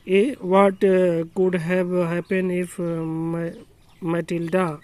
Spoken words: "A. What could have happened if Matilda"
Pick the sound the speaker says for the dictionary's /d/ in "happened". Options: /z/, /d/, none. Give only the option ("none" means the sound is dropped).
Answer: none